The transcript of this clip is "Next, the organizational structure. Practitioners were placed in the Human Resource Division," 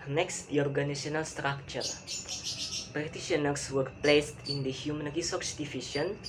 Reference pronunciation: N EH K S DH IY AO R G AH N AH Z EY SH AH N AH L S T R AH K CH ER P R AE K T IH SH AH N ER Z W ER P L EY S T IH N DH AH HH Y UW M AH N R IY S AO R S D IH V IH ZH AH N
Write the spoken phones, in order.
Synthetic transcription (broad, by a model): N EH K S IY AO R G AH N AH S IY AH N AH L S T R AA K CH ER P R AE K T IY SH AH N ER S W ER P L EY S T IH N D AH HH Y UW M AH N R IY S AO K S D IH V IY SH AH N